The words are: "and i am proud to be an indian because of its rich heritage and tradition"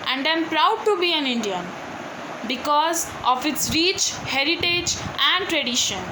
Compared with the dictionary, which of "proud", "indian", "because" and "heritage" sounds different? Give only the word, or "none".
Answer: none